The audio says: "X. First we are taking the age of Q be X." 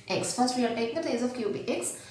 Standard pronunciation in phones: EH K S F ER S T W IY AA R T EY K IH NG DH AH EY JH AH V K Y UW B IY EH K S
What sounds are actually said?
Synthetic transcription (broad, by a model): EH K S F ER S T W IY AA R T EY K IH NG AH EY Z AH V K Y UW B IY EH K S